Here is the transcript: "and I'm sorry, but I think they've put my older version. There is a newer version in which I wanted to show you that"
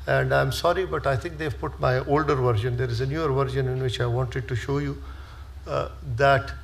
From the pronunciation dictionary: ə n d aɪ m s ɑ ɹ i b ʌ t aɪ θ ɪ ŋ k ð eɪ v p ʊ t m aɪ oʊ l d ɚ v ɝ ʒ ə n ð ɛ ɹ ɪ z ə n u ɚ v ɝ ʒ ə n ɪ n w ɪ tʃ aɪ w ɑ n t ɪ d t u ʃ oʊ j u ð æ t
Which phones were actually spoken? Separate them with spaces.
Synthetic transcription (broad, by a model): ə n d aɪ m s ɑ ɹ i b ʌ t aɪ t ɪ ŋ k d eɪ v p ʊ t m aɪ oʊ l d ɚ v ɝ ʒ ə n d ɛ ɹ ɪ z ə n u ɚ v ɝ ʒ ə n ɪ n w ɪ tʃ aɪ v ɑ n t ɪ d t u ʃ oʊ j u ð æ t